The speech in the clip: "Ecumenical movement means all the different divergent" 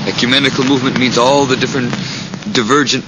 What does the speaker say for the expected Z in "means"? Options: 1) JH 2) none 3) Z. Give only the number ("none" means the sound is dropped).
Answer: 3